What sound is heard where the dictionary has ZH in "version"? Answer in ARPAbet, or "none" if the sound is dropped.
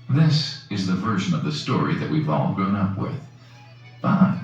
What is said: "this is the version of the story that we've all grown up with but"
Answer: ZH